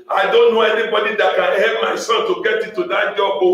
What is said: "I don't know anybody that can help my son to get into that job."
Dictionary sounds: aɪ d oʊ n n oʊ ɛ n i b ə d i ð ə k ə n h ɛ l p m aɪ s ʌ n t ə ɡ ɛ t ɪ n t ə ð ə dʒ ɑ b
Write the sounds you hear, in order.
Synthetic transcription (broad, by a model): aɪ d oʊ n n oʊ ɛ n i b ə d i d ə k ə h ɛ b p m aɪ s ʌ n t ə ɡ ɛ t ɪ t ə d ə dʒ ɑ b